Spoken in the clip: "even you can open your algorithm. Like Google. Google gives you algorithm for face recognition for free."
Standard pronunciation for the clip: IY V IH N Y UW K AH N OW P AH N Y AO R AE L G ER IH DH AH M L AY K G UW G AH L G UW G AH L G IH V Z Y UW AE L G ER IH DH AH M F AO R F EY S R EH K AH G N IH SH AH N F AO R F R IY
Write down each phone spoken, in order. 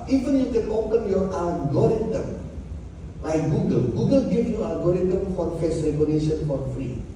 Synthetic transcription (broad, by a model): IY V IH N Y UW K AH N OW P AH N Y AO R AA G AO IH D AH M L AY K G UW G AH L G UW G AH L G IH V Y UW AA G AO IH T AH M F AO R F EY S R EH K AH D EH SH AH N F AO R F R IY